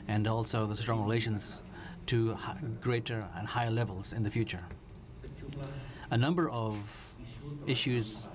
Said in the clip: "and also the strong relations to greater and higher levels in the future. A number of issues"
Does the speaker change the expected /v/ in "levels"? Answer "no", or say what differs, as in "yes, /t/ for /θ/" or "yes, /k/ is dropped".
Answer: no